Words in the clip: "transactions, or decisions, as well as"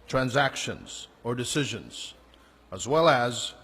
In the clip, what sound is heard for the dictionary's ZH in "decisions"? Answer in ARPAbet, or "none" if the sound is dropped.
ZH